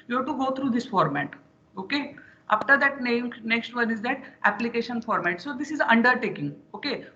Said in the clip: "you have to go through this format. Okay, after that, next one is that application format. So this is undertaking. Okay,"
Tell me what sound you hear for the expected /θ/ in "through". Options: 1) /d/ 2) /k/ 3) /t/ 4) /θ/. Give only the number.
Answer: 3